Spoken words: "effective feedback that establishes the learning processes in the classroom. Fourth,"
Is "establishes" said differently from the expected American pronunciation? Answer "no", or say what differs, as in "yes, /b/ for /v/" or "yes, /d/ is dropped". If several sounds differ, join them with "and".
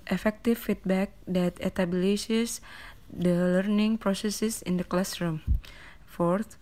yes, /s/ is dropped